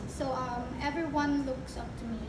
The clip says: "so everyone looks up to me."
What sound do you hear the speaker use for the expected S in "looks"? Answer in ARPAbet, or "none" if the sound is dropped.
S